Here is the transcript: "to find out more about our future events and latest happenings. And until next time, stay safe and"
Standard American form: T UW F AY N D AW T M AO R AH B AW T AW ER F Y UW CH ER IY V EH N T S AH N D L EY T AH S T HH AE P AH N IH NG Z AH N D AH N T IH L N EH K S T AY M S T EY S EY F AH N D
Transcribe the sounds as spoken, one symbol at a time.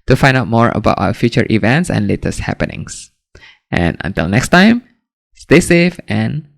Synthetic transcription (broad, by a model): T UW F AY N D AW T M AO R AH B AW T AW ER F Y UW CH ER IY V EH N T S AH N L EY T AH S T HH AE P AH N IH NG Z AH N AH N T IH L N EH K S T AY M S T EY S EY F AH N